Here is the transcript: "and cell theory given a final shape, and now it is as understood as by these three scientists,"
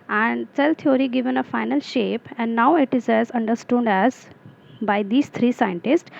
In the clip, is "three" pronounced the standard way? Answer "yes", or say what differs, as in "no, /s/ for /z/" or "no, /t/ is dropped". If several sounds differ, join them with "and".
no, /t/ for /θ/